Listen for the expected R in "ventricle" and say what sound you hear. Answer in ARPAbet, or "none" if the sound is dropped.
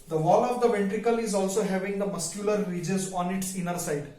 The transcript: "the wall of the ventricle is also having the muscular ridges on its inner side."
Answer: R